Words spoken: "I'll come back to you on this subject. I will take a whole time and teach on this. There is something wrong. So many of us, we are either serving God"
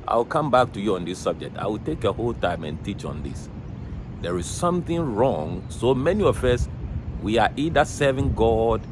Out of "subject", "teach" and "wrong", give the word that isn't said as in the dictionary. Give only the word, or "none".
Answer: none